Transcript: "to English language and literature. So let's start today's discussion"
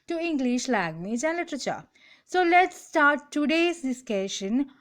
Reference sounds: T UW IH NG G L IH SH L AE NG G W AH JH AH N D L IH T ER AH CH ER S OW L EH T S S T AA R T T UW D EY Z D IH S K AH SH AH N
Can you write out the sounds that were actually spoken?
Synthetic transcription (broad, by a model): T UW IH NG G L IH SH L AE G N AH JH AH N L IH T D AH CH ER S OW L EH T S S T AA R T T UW D EY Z D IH S K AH SH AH N